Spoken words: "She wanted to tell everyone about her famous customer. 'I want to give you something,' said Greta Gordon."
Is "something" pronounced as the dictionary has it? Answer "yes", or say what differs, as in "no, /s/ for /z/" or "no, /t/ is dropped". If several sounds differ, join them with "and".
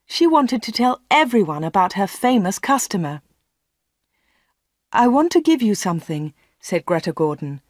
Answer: yes